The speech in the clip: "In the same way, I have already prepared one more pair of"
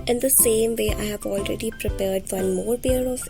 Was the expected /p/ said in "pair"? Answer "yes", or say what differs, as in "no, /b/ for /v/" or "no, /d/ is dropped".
no, /b/ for /p/